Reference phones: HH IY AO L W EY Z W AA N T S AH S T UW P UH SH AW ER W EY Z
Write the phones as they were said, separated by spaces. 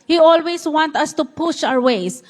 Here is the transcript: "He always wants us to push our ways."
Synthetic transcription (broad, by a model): HH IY AO L W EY S W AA N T AH S T UW P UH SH AW ER W EY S